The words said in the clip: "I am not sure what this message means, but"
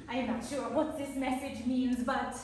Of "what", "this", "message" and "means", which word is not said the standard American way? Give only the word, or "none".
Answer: none